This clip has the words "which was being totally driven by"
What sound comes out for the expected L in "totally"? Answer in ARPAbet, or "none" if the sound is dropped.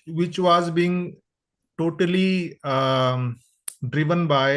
L